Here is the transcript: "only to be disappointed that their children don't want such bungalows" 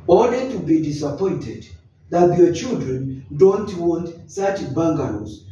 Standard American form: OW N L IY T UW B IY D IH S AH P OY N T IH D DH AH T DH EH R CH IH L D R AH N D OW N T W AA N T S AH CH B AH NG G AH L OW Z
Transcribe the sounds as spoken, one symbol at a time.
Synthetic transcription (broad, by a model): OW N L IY T UW B IY D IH S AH P OY N T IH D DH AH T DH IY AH CH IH L D R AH N D OW N T W AA N T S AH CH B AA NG G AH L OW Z